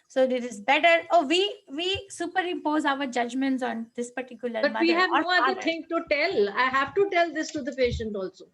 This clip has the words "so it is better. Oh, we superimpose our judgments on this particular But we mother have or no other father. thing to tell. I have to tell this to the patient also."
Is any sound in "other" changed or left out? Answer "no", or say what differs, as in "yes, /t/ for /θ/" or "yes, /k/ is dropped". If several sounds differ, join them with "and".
yes, /ð/ is dropped